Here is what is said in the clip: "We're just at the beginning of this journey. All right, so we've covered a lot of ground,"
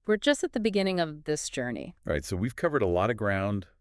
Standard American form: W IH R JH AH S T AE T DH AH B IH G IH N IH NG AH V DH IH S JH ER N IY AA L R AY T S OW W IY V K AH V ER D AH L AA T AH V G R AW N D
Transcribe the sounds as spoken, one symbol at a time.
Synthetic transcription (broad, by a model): W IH R JH AH S T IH T DH AH B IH G IH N IH NG AH V DH IH S JH ER N IY R AY T S OW W IY V K AH V ER D AH L AA T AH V G R AW N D